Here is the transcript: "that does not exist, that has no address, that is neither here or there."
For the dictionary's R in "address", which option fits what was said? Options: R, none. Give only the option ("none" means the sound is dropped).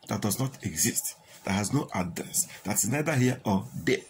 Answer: none